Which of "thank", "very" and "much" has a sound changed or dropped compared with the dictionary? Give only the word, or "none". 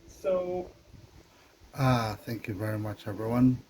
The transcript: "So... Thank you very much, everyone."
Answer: none